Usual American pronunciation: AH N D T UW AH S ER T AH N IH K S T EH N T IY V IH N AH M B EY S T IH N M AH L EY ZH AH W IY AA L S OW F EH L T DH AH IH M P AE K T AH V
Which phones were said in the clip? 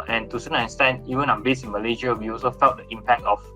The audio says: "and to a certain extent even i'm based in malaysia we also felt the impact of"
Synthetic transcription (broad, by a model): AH N T UW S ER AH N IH S T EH N IY V IH N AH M B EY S IH N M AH L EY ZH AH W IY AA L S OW F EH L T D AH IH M P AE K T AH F